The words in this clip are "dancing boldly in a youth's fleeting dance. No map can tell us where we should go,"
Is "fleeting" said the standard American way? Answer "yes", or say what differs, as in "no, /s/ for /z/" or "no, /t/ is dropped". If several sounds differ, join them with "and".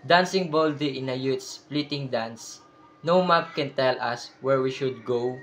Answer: no, /p/ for /f/